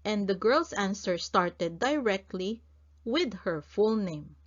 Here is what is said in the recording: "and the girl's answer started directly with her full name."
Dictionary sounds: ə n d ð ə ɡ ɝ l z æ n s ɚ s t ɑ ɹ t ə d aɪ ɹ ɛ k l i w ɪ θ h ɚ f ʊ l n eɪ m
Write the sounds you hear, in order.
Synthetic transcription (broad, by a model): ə n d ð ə ɡ ɝ l s æ n s ɚ s t ɑ ɹ t ə d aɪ ɹ ɛ k l i w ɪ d h ɚ f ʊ l n eɪ m